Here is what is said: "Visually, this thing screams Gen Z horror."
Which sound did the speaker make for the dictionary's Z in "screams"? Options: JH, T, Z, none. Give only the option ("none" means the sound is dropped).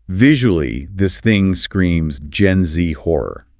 Z